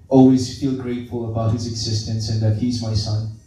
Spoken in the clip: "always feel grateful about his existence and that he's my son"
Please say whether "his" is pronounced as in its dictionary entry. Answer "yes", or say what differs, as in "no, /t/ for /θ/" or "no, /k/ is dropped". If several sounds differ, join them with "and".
yes